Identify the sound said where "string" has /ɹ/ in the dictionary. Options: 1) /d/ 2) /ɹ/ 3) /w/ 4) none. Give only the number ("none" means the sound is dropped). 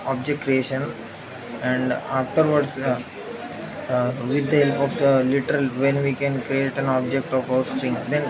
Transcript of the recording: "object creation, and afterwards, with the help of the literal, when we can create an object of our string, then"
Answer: 2